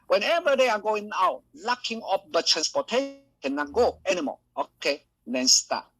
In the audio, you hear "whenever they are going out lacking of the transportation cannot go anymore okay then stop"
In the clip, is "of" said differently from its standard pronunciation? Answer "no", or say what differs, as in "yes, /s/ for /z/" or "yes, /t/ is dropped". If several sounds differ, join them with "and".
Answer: yes, /p/ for /v/